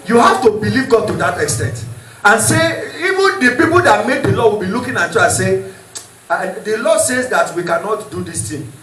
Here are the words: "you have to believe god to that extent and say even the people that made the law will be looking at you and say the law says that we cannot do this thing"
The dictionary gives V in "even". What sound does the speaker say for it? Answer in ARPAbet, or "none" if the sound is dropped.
V